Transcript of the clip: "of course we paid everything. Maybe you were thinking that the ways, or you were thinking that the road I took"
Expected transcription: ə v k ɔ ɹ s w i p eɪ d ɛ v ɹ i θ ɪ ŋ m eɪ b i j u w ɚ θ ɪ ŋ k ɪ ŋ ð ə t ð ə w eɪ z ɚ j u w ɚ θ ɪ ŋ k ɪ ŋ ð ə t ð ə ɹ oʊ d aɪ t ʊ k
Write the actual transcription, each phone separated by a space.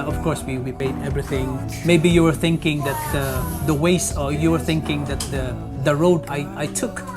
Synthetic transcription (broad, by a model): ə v k ɔ ɹ s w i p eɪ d ɛ v ɹ i θ ɪ ŋ m eɪ b i j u w ɚ θ ɪ ŋ k ɪ ŋ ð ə t ð ə w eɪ s ɚ j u w ɚ θ ɪ ŋ k ɪ ŋ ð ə t ð ə ɹ oʊ d aɪ t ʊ k